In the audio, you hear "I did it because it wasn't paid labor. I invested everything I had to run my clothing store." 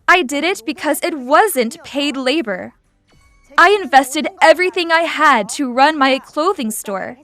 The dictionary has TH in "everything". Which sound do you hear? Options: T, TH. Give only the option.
TH